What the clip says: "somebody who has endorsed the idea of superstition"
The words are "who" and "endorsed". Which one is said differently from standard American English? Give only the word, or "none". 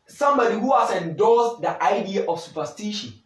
endorsed